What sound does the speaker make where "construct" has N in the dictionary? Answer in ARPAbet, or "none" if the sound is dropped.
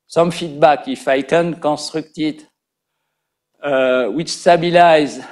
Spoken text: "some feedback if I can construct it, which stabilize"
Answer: none